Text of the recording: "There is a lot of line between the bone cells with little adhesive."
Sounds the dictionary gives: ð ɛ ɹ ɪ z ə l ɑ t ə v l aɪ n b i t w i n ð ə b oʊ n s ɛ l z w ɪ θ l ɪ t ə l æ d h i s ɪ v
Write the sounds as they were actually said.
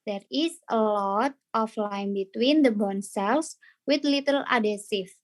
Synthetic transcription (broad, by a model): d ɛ ɹ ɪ s ə l ɑ t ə f l aɪ n b i t w i n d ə b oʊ n s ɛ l s w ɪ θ l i t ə l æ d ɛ s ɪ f